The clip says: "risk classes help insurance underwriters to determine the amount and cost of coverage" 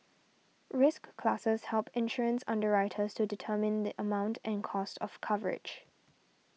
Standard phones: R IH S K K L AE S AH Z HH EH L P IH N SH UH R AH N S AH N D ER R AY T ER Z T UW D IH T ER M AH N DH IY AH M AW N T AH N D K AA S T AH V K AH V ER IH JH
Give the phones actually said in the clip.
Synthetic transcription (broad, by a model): R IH S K K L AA S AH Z HH EH L P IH N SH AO R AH N S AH N D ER R AY T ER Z T UW D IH T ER M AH N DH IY AH M AW N T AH N K AA S T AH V K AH V ER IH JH